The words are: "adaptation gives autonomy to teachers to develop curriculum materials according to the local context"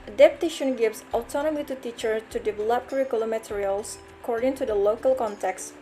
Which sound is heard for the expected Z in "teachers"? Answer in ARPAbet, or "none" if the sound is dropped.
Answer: none